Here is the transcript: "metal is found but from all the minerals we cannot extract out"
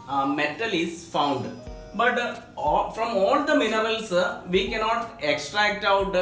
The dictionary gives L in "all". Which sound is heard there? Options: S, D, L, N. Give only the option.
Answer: L